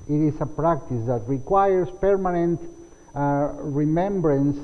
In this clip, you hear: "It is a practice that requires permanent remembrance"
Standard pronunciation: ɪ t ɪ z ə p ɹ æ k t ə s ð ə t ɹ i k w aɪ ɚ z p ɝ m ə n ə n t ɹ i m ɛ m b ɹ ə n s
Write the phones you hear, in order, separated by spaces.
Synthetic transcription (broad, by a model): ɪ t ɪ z ə p ɹ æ k t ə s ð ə t ɹ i k w aɪ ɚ s p ɝ m ə n ə n t ɹ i m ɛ m b ɹ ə n s